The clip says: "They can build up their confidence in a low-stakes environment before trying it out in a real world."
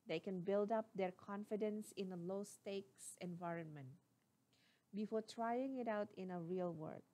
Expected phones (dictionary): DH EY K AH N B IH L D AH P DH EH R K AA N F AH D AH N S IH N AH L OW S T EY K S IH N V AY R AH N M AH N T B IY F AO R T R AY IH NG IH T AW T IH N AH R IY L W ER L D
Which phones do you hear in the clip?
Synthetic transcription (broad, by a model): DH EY K AH N B IH L D AH P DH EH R K AA N F AH D AH N S IH N AH L OW S T EY K S IH N V AY R AH N M AH N T B IY F AO R T R AY IH NG IH T AW T IH N AH R IY L W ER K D